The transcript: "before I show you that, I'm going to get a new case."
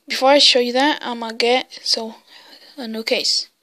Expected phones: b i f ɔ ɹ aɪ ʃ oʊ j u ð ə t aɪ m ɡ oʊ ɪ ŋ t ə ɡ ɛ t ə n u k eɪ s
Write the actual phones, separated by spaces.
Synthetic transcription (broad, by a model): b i f ɔ ɹ aɪ ʃ oʊ j u ð ə t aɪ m ɡ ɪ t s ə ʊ ə n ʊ k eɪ s